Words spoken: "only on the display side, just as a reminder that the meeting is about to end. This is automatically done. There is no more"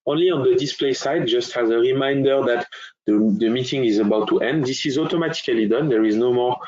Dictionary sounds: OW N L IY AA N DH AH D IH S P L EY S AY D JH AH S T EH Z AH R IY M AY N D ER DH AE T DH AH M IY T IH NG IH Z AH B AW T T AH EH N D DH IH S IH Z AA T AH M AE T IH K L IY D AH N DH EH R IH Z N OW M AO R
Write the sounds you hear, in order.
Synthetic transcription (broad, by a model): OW N L IY AA N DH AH D IH S P L EY S AY D JH AH S T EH Z AH R IY M AY N D ER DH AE T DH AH M IY T IH NG IH Z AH B AW T T EH N D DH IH S IH Z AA T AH M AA T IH K L IY D AH N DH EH R IH Z N OW M AO R